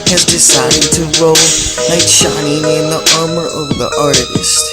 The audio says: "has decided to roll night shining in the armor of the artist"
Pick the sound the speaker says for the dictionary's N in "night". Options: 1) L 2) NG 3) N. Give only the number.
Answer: 1